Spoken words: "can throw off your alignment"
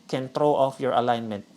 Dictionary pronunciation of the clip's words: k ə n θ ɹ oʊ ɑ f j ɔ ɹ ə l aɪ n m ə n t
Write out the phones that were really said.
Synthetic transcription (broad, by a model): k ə n t ɹ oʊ ɑ f j ɔ ɹ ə l aɪ n m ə n t